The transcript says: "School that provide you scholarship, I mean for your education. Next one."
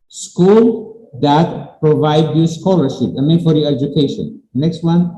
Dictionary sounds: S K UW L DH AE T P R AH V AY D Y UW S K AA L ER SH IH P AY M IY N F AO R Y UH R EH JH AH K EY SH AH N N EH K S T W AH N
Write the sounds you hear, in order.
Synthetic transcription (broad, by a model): S K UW L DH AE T P R AH V AY D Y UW S K AA L ER SH IH P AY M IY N F AO R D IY EH JH AH K EY SH AH N N EH K S T W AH N